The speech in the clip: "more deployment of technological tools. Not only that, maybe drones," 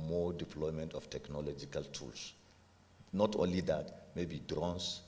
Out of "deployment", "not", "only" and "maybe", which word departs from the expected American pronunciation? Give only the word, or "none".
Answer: none